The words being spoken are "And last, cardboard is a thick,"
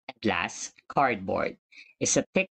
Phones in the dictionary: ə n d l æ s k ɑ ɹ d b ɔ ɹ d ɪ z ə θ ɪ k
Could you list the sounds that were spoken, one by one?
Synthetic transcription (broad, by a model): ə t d l æ s k ɑ ɹ d b ɔ ɹ d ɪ s ə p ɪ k